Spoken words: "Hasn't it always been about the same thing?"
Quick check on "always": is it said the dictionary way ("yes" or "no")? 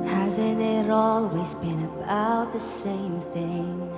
yes